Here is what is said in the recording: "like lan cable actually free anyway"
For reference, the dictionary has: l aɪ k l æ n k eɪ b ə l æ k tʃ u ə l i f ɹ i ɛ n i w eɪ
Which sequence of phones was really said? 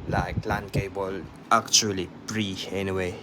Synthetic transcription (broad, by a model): l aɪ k l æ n k eɪ b ə l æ k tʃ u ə l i p ɹ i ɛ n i w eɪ